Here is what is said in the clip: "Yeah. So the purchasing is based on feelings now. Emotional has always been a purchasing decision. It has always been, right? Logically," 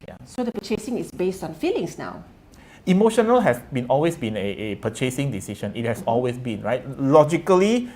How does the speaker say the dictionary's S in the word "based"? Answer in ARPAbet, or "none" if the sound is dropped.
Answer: S